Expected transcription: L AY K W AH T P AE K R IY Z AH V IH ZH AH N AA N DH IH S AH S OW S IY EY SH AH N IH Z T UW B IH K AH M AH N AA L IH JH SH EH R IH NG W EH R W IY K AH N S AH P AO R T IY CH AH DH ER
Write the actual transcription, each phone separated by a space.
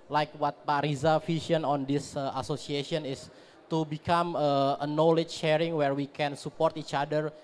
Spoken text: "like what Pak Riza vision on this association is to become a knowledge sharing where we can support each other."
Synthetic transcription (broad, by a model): L AY K W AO T P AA R IY Z AH F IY SH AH N AA N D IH S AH S OW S IY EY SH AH N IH S T UW B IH K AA M AH N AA L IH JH SH EH R IH NG W EH R W IY K AH N S AH P AO R T IY CH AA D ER